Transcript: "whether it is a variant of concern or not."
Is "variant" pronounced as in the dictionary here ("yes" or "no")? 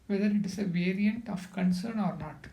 yes